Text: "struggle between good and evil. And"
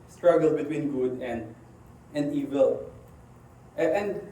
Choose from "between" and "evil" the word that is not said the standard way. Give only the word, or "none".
none